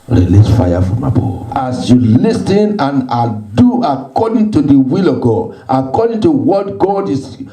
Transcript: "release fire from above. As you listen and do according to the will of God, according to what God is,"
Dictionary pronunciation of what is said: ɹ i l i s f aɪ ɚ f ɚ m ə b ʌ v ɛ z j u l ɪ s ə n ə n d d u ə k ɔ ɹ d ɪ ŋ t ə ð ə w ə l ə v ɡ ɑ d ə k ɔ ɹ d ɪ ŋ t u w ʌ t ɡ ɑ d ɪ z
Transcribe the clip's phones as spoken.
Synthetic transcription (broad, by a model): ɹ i l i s f aɪ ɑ f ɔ m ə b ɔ ɑ s j u l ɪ s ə n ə n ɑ d u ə k ɔ d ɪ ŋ t ə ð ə w ə l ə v ɡ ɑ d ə k ɔ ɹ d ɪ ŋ t u w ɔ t ɡ ɑ d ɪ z